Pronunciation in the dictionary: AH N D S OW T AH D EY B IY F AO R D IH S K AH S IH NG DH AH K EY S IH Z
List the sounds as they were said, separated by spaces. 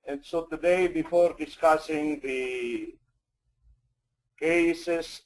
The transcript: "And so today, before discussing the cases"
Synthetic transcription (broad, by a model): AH N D S OW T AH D EY B IY F AO R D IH S K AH S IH NG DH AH K EY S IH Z